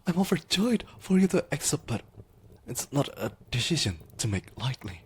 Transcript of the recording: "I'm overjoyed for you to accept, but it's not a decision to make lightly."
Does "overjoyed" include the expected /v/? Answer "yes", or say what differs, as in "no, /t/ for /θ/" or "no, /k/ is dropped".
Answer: no, /f/ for /v/